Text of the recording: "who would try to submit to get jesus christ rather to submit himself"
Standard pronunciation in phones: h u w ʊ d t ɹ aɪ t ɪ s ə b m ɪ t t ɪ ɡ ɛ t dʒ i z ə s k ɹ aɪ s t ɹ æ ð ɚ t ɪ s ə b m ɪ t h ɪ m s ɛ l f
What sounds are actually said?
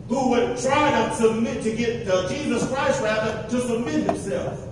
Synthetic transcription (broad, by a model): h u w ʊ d t ɹ aɪ t ɪ s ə b m ɪ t t ɪ ɡ ɛ t dʒ i z ə s k ɹ aɪ s t ɹ æ ð ɚ t ɪ s ə b m ɪ t h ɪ m s ɛ l f